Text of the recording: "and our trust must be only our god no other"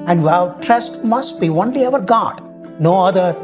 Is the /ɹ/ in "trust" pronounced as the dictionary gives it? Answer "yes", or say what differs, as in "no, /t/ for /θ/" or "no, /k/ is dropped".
yes